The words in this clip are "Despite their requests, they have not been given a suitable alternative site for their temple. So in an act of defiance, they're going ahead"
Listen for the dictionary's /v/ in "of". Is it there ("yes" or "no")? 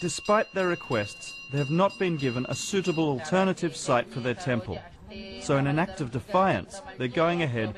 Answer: yes